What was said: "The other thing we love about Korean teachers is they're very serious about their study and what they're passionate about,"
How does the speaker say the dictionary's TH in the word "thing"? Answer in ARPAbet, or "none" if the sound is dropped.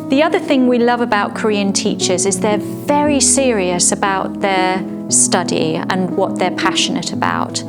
TH